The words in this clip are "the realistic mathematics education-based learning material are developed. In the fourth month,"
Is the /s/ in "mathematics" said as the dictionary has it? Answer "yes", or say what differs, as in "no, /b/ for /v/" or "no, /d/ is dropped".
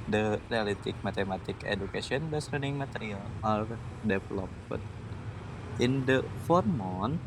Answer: no, /s/ is dropped